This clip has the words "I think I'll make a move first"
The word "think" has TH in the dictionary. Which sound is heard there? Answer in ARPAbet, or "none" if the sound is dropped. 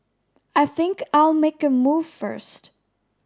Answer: TH